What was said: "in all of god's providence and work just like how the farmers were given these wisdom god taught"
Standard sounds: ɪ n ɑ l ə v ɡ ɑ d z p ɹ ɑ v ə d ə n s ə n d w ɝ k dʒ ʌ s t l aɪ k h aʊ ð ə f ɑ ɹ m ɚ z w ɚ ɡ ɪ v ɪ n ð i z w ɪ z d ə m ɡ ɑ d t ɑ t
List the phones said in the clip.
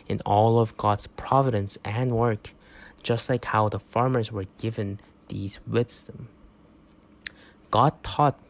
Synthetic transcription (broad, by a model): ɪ n ɑ l ə v ɡ ɑ d z p ɹ ɑ v ə d ə n s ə n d w ɝ k dʒ ʌ s t l aɪ k h aʊ ð ə f ɑ ɹ m ɚ z w ɚ ɡ ɪ v ɪ n ð i z w ɪ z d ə m ɡ ɑ d t ɑ t